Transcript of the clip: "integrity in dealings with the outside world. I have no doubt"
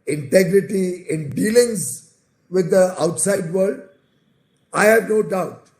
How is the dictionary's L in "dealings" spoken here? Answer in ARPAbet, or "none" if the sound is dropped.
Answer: L